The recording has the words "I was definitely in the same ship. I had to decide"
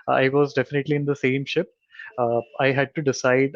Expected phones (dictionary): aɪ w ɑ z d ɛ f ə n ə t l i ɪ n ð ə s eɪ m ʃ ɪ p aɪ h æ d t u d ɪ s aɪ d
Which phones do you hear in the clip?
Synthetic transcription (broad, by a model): aɪ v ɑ z d ɛ f ə n ə t l i ɪ n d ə s eɪ m ʃ ɪ p aɪ h æ d t u d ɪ s aɪ d